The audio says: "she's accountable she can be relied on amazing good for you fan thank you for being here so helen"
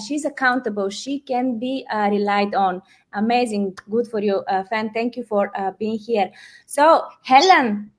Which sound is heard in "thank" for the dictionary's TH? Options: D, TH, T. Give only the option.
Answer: T